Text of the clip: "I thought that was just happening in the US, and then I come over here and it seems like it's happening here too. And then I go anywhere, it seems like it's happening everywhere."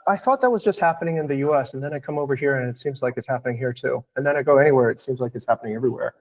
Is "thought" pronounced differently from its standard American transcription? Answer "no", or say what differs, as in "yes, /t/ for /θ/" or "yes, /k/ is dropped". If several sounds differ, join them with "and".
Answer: no